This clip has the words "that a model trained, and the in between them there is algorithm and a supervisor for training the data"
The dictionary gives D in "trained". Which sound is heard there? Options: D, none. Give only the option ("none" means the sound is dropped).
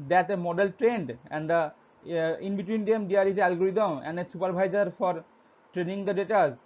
D